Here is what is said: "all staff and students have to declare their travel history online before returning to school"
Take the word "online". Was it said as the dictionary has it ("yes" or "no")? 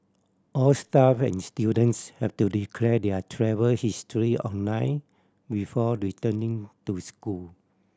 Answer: no